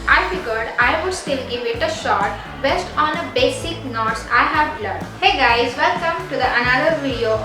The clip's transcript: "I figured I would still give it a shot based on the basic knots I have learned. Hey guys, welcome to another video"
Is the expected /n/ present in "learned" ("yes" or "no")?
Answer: no